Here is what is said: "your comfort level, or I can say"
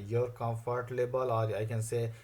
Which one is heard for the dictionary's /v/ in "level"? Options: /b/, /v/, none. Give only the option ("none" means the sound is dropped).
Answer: /b/